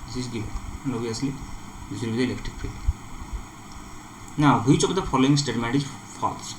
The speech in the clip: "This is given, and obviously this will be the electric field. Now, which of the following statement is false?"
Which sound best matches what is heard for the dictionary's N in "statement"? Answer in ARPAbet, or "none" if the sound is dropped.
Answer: none